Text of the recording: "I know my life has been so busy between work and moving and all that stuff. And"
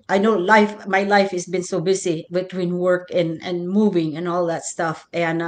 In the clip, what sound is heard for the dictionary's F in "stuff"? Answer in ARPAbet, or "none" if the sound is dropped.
F